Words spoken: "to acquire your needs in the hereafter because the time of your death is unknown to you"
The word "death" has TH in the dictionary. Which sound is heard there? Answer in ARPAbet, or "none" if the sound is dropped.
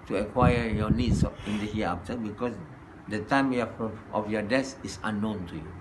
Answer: S